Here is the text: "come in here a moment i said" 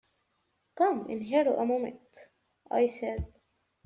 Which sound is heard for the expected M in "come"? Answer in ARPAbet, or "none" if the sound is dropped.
M